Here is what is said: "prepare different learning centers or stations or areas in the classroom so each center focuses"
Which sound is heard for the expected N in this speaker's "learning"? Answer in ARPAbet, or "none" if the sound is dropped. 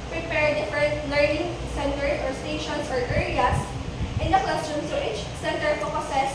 N